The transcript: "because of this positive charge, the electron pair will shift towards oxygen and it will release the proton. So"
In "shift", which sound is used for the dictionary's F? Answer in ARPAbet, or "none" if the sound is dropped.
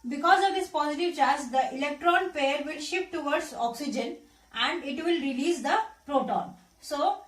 P